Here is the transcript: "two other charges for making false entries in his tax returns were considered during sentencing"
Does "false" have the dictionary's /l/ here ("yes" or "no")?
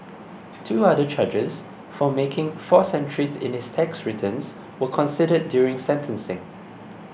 no